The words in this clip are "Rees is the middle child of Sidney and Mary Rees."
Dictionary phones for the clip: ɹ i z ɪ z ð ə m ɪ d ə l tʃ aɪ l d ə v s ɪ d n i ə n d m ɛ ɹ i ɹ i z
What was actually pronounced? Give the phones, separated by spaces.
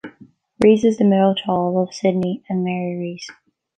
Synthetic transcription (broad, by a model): ɹ i z ɪ z ð ə m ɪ d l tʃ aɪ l ə v s ɪ d n i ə n m ɛ ɹ i ɹ i z